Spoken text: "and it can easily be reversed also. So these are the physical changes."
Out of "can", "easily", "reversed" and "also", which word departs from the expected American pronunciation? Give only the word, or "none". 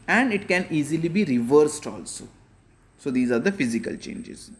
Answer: none